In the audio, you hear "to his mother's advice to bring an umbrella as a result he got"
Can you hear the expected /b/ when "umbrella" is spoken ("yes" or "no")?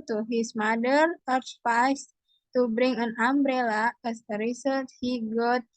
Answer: yes